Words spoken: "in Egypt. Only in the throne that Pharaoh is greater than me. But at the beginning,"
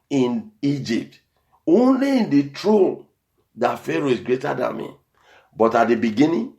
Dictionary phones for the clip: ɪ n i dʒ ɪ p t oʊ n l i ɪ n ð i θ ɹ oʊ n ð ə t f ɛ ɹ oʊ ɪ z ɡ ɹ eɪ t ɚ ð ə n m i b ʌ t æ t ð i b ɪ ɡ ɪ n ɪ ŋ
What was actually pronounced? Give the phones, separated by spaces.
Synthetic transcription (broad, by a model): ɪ n i dʒ ɪ p t oʊ n l i ɪ n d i t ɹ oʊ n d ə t f ɛ ɹ oʊ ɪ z ɡ ɹ eɪ t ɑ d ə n m i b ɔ t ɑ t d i b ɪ ɡ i n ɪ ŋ